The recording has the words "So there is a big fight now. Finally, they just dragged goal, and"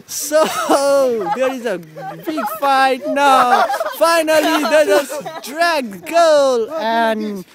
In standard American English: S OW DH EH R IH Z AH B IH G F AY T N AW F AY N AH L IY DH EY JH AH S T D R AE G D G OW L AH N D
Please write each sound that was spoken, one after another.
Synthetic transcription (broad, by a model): S OW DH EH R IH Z AH B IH G F AY T N AW F AY N AH L IY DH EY Z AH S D R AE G G OW L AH N